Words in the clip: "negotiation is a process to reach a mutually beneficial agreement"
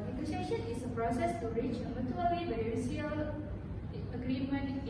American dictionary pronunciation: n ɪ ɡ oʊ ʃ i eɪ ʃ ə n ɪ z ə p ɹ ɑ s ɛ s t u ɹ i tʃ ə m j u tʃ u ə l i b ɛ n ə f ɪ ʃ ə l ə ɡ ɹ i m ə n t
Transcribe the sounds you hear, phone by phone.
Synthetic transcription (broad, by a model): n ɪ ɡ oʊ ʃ i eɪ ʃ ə n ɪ s ə p ɹ ɑ s ɛ s t u ɹ i tʃ ə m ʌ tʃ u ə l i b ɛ ə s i ə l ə ɡ ɹ i m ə n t